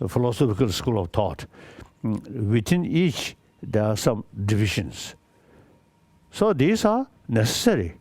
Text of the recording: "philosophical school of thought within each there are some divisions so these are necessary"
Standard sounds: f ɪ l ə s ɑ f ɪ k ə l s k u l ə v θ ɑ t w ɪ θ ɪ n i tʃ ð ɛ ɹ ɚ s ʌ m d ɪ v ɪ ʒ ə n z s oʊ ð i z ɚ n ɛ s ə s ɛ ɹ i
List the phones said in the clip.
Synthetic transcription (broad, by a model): f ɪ l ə s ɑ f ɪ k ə l s k u l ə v t ɑ t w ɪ t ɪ n i tʃ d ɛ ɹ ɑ s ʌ m d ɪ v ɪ ʃ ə n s s oʊ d i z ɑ n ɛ s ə s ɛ ɹ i